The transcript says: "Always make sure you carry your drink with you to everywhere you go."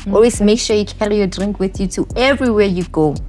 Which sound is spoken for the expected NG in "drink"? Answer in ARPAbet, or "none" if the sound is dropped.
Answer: NG